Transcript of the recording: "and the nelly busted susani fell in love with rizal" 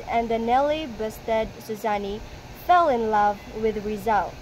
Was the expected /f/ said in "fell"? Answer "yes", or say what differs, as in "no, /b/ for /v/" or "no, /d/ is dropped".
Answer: yes